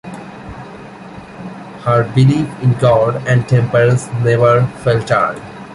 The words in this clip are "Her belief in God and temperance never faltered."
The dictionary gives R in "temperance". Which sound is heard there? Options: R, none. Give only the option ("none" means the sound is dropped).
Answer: none